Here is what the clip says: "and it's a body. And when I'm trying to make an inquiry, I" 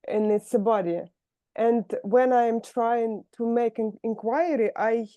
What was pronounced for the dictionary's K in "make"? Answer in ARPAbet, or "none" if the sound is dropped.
none